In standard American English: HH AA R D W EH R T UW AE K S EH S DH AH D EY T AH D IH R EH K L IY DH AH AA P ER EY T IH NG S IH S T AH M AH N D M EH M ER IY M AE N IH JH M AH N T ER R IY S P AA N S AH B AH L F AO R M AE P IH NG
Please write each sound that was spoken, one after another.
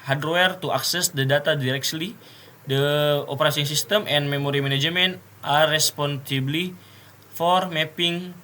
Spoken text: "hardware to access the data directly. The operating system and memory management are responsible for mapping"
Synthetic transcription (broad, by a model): HH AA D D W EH R T UW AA K S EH S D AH D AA T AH D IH R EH K L IY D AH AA P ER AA S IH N S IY S T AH M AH N M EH M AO IY M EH N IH JH M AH N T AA R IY S P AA N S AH B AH L F AO R M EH P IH NG